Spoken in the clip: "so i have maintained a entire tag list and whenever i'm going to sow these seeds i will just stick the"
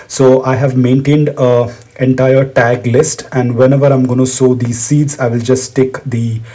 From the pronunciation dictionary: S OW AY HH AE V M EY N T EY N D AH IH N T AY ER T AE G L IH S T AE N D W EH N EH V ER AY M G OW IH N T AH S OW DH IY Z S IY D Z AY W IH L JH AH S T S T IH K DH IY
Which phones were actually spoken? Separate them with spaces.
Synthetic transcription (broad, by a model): S OW AY HH AE V M EY N T EY N D AH IH N T AY ER T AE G L IH S T AE N D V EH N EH V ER AY M G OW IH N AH S OW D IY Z S IY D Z AY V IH L JH AH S S T IH K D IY